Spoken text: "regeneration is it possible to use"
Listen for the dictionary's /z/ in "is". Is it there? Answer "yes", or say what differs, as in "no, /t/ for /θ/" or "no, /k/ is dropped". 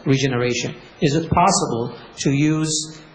yes